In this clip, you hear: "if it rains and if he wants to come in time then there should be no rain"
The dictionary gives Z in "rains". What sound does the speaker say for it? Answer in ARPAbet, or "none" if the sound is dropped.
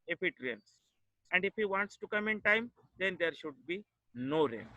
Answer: S